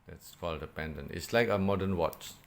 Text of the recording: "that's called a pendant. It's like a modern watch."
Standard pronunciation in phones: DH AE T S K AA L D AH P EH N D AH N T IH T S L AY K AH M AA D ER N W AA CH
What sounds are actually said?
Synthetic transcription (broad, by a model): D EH T S K AA L D AH P EH N D AH N T IH T S L AY K AH M AA D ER N W AA CH